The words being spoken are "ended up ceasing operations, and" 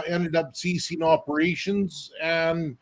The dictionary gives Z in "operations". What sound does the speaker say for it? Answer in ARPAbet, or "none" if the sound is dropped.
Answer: Z